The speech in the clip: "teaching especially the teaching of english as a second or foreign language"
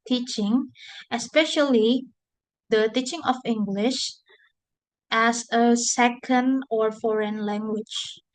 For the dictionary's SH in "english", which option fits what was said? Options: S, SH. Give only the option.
SH